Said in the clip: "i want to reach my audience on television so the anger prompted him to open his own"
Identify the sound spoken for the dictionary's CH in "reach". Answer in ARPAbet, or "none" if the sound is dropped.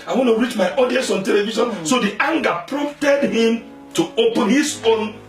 CH